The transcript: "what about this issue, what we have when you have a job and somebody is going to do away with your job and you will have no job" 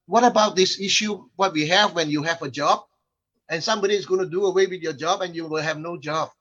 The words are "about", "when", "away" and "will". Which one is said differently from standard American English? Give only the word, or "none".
will